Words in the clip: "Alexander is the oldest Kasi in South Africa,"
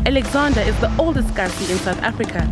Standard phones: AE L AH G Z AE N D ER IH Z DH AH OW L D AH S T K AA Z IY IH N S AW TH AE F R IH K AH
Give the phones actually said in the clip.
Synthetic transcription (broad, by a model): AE L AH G Z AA N D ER IH Z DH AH OW L D AH S T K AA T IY IH N S AW TH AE F R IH K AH